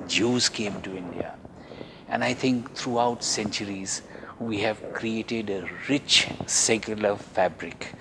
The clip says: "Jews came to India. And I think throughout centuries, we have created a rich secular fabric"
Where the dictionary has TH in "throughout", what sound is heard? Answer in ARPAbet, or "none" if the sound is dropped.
T